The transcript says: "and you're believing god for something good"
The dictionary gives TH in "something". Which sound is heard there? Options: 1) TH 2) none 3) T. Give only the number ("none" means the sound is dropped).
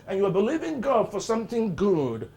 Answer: 1